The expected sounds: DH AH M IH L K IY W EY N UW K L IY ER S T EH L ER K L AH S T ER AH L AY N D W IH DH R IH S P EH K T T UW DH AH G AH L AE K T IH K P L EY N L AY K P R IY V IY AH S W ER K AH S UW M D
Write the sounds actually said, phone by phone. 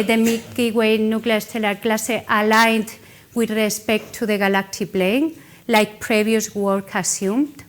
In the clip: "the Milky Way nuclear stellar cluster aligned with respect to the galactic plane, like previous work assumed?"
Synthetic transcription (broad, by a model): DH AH M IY K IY W EY N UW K L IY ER S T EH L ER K L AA S T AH L AY N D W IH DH R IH S P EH K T T UW DH AH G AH L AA K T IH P L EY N L AY K P R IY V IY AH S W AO K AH S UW M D